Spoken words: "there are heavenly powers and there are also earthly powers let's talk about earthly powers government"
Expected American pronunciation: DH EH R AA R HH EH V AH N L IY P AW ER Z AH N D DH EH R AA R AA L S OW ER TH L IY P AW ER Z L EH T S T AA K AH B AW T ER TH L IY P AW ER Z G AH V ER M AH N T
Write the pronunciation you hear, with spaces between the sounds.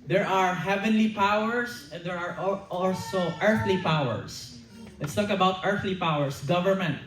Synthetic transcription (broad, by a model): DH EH R AA R HH EH V AH N L IY P AW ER S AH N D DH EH R AA R AA L S OW ER TH L IY P AW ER S L EH T S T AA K AH B AW T ER TH L IY P AW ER S G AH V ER M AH N T